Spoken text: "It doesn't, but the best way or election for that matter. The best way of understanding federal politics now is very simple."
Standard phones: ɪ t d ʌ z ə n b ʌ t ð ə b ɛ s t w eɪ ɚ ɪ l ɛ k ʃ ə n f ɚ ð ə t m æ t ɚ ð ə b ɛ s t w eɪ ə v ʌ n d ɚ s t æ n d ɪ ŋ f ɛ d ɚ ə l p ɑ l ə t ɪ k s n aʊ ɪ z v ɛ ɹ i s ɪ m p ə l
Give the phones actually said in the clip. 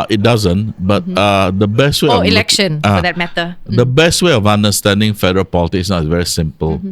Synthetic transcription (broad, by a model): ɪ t d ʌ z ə n b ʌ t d ə b ɛ s t w eɪ ɪ l ɛ k ʃ ə n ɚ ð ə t m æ t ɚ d ə b ɛ s t w eɪ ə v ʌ n d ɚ s t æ n d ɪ ŋ f ɛ d ɚ ə l p ɑ l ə t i s n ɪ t v ɛ ɹ i s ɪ m p ə l